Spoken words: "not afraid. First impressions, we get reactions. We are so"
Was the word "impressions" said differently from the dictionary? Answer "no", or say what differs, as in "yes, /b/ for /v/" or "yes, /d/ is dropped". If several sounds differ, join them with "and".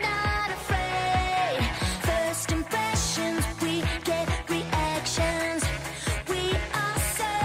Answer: no